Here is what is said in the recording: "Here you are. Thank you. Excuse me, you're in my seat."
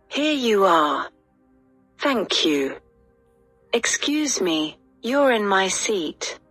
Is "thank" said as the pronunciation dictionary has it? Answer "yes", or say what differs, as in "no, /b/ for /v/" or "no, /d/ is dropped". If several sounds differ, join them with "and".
yes